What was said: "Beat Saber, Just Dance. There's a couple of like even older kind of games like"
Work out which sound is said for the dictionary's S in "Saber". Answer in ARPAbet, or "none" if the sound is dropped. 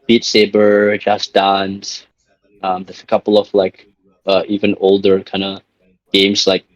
S